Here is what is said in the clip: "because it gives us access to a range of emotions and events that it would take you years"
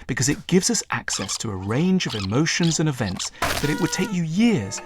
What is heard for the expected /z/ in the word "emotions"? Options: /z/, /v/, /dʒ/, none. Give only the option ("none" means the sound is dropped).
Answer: /z/